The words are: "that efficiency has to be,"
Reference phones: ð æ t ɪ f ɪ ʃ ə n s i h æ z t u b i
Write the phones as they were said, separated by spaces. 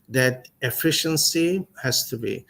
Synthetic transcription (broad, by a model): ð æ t ɪ f ɪ ʃ ə n s i h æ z t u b i